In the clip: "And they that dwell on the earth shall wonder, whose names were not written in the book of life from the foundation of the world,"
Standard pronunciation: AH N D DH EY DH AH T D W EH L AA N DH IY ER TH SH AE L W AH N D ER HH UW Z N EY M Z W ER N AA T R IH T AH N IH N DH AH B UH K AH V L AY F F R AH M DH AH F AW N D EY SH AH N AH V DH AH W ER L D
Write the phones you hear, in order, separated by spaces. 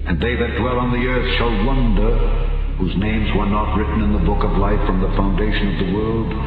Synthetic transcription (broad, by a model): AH N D DH EY DH AH T D W EH L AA N DH IY ER TH SH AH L W AH N D ER HH UW Z N EY M Z W ER N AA T R IH T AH N IH N DH AH B UH K AH V L AY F F R AH M DH AH F AW N D EY SH AH N AH V DH AH W ER L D